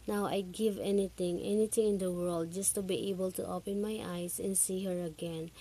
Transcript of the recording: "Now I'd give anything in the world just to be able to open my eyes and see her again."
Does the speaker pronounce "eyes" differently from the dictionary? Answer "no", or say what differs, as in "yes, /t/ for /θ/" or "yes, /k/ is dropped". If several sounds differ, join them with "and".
yes, /s/ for /z/